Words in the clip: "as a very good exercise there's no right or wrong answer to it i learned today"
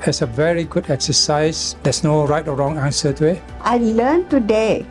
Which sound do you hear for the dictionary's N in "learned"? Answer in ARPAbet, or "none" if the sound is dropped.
L